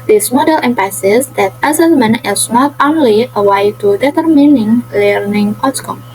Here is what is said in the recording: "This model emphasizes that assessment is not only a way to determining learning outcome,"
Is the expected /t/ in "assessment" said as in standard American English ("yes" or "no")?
no